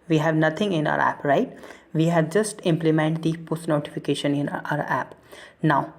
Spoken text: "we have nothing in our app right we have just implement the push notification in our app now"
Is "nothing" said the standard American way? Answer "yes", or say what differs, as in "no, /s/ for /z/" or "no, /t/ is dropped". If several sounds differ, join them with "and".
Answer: no, /t/ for /θ/